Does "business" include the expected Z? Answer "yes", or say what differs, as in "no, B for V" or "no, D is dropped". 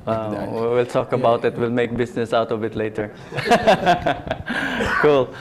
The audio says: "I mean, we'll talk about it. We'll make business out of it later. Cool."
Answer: no, S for Z